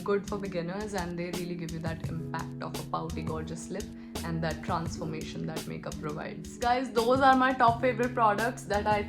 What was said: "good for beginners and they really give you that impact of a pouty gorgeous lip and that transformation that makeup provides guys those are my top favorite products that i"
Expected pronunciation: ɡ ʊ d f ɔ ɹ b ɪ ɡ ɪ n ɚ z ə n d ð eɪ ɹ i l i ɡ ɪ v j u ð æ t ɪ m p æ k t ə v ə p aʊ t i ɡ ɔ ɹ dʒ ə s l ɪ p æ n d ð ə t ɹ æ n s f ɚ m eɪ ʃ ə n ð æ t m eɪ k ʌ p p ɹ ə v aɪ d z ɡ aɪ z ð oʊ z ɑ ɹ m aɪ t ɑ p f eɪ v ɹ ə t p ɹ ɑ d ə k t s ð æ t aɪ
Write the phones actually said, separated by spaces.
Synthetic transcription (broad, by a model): ɡ ʊ d f ɔ ɹ b ɪ ɡ ɪ n ɚ z ə n d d eɪ ɹ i l i ɡ ɪ v j u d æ t ɪ m p æ k t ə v ə p aʊ t i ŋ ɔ ɹ dʒ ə s l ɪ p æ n d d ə t ɹ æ n s f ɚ m eɪ ʃ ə n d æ t m eɪ k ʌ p p ɹ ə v aɪ d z ɡ aɪ z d oʊ z ɑ ɹ m aɪ t ɑ p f eɪ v ə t p ɹ ɑ d ə k t s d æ t aɪ